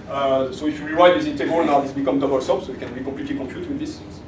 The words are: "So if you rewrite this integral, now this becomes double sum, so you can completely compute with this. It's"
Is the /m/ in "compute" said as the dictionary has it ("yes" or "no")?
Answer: no